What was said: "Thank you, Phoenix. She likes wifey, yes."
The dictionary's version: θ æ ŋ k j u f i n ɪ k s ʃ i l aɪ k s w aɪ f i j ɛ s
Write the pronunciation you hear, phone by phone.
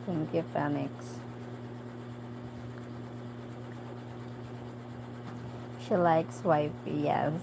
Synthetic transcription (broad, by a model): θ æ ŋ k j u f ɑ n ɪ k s ʃ i l aɪ k s w aɪ f i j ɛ